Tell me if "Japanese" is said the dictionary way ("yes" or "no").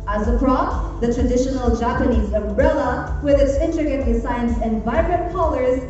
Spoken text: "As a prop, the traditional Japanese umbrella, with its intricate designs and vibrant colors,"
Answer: yes